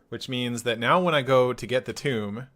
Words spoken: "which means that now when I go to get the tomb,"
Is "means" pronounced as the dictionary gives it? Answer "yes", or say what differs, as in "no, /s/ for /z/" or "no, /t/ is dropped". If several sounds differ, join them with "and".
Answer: yes